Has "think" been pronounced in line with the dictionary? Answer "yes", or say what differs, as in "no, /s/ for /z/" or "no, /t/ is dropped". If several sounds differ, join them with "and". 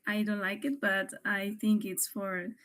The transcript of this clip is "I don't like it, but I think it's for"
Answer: yes